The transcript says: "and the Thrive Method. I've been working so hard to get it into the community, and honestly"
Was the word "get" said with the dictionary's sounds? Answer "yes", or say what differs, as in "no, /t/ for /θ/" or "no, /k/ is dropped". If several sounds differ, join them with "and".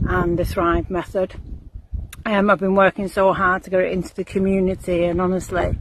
no, /t/ is dropped